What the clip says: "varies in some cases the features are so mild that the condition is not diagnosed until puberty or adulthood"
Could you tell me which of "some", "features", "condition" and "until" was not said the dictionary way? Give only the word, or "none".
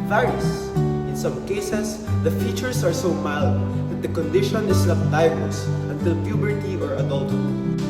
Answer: features